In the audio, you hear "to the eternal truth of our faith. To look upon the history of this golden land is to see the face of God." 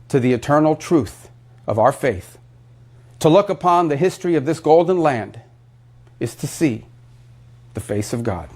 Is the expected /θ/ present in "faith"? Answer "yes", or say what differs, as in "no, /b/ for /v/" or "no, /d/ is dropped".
yes